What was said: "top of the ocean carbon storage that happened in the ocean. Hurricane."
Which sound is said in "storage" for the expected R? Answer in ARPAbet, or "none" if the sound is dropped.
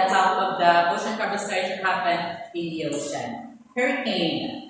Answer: none